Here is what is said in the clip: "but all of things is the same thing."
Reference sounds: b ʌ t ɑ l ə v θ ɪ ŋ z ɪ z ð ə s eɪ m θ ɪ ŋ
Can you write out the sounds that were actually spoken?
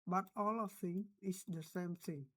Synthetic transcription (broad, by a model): b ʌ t ɑ l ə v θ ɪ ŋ ɪ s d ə s eɪ m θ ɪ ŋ